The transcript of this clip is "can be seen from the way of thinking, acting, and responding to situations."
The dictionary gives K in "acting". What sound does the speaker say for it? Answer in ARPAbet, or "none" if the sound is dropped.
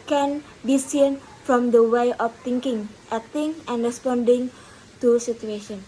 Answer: none